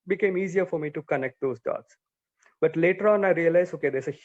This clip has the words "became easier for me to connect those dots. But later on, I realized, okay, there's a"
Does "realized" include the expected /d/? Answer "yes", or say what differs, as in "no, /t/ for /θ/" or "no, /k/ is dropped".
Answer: no, /d/ is dropped